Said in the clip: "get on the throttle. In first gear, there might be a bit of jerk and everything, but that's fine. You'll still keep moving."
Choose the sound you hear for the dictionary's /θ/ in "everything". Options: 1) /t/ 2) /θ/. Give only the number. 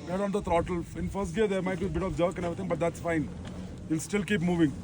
1